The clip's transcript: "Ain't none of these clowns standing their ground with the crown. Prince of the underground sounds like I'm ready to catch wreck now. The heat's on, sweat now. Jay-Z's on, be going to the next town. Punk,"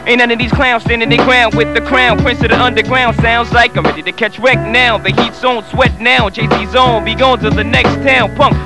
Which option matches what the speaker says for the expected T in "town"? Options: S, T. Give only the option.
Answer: T